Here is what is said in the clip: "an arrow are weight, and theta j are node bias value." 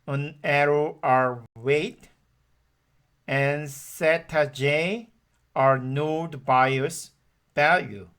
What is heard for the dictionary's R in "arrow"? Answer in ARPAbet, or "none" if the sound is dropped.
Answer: R